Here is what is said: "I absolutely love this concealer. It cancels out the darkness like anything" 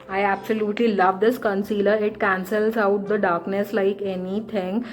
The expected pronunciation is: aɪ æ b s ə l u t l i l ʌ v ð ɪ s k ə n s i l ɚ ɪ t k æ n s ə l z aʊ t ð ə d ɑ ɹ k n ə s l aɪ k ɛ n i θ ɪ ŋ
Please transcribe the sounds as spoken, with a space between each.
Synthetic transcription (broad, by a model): aɪ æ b s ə l u t l i l ʌ v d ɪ s k ə n s i l ɚ ɪ t k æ n s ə l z aʊ t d ə d ɑ ɹ k n ə s l aɪ k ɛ n i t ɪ ŋ